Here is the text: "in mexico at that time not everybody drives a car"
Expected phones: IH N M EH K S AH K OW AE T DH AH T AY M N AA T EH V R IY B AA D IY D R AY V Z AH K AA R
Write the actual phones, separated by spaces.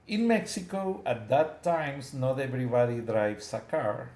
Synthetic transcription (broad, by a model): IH N M EH K S AH K OW AE T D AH T AY M N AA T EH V R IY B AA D IY D R AY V S AH K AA R